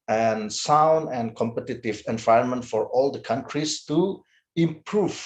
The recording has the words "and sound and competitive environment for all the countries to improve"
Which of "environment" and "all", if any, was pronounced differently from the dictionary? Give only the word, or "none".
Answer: none